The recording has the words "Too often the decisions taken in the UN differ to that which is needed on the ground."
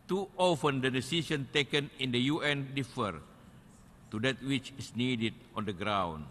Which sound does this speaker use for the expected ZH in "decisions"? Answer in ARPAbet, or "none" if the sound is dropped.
S